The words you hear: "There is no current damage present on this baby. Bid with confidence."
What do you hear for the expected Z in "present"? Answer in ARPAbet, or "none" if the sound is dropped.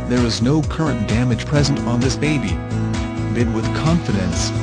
Z